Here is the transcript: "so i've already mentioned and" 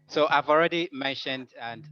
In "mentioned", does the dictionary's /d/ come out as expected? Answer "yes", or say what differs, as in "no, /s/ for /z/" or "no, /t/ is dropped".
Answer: yes